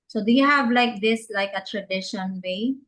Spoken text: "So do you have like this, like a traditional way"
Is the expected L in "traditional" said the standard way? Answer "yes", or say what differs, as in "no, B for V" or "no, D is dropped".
no, N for L